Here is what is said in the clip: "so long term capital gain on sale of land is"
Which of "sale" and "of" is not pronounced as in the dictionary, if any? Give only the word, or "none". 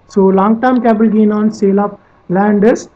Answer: of